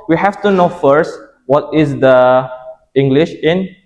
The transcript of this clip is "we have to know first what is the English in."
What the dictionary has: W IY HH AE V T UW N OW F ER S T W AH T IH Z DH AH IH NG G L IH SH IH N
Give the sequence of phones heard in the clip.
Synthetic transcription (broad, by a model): W IY HH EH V T UW N OW F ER S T W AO T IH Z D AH IH NG G L IH SH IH N